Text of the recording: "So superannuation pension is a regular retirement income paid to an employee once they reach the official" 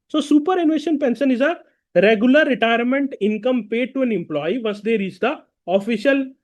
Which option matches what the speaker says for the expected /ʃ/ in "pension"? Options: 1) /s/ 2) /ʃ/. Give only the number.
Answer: 1